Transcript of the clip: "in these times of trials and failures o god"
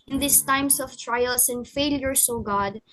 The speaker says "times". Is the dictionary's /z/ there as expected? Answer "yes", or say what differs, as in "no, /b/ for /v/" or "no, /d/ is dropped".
no, /s/ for /z/